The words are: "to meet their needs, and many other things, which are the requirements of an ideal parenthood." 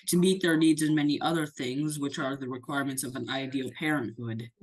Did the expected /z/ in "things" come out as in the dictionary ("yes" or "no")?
yes